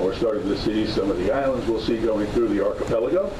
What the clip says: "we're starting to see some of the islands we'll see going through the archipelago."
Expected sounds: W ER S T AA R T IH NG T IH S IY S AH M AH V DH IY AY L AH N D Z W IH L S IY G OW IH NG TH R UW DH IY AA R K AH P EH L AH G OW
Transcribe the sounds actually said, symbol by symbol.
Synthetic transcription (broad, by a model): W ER S T AA R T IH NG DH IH S IY S AH M AH V DH IY AY L AH N D Z W IH L S IY G OW IH NG TH R UW DH IY AA R K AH P EH L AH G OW